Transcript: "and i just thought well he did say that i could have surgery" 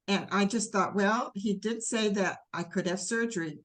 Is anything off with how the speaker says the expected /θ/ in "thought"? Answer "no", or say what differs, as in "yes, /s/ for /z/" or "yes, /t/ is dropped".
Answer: no